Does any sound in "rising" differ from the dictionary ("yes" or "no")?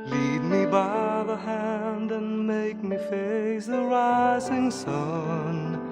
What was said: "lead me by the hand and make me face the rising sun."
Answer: no